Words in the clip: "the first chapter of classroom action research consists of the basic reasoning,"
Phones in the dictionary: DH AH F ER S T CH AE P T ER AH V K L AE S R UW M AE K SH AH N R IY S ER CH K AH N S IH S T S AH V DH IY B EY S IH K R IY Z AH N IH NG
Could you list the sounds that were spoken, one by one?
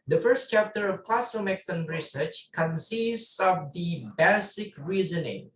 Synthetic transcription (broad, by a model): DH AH F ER S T CH AE P T ER AH V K L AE S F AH M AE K S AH N R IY S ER CH K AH N S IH S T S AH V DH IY B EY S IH K R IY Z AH N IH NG